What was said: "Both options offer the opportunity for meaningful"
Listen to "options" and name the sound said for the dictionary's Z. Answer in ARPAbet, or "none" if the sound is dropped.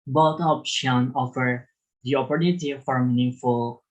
none